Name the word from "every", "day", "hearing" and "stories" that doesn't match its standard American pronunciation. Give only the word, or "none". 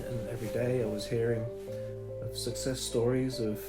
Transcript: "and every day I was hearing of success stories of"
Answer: none